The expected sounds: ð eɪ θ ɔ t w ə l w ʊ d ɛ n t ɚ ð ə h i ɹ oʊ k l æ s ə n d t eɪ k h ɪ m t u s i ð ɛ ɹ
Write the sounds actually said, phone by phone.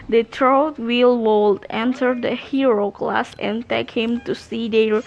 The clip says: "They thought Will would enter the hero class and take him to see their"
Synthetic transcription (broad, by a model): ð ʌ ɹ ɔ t w ə l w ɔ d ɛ n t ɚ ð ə h i ɹ oʊ k l æ s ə n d t eɪ k h ɪ m t u s i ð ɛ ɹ